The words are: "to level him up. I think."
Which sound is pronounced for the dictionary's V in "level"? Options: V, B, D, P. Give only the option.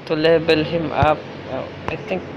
B